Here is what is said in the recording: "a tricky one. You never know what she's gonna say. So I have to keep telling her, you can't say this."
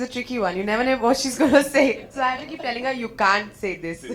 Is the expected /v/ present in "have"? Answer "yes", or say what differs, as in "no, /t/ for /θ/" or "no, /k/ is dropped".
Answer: no, /f/ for /v/